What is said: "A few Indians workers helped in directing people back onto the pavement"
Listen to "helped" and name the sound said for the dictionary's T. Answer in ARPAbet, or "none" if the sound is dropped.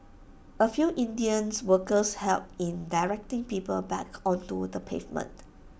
none